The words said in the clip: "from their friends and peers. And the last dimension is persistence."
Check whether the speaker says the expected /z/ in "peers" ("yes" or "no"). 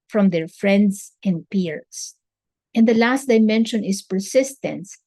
no